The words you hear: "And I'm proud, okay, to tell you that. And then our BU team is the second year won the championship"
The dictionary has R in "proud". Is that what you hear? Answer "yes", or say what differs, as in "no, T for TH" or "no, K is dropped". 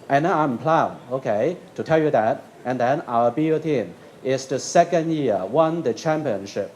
no, L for R